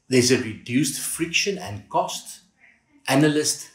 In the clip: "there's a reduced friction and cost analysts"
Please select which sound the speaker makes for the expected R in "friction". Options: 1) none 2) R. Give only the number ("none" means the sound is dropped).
2